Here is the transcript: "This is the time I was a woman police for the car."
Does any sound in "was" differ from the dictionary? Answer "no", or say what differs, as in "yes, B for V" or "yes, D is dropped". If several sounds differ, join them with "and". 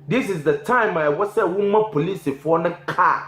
yes, S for Z